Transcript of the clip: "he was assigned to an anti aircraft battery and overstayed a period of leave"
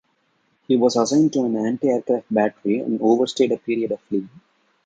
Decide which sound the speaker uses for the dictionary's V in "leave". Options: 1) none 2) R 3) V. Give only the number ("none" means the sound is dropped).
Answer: 1